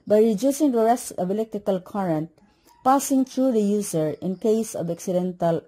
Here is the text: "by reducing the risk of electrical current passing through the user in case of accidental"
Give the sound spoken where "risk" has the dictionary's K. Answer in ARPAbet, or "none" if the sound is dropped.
none